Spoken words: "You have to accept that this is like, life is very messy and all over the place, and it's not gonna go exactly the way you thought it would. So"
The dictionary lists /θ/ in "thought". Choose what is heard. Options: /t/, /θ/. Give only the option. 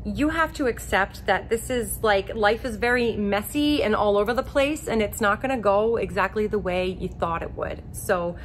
/θ/